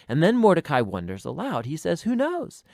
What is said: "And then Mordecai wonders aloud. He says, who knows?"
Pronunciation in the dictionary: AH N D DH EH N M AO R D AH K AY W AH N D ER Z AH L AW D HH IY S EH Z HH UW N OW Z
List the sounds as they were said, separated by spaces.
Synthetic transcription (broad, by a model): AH N DH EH N M AO R D AH K AY W AH N D ER Z AH L AW D HH IY S EH Z HH UW N OW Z